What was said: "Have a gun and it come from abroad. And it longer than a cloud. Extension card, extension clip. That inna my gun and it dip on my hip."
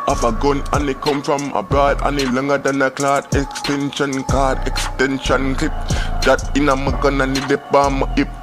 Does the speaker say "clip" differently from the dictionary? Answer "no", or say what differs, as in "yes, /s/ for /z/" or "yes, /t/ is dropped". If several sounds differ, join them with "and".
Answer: yes, /l/ is dropped